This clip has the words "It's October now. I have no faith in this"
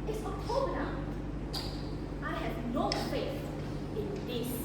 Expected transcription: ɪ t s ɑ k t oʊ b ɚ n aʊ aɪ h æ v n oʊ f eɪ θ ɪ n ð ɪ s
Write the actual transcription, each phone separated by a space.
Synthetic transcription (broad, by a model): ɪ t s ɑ t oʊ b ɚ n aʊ aɪ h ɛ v n oʊ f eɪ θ ɪ n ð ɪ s